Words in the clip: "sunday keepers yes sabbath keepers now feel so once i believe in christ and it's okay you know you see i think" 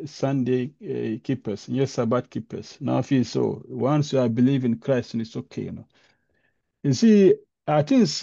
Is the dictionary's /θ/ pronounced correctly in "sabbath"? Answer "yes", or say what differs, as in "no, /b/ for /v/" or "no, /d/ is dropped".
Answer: no, /t/ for /θ/